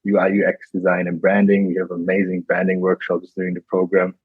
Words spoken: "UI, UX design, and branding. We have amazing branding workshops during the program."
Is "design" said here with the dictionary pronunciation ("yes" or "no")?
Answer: yes